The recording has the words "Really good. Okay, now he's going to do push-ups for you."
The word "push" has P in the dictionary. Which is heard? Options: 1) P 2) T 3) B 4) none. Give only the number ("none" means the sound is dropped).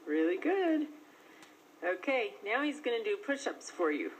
1